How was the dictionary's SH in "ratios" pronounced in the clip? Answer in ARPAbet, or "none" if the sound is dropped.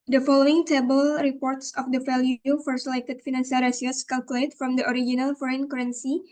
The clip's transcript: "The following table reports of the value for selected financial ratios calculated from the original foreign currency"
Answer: S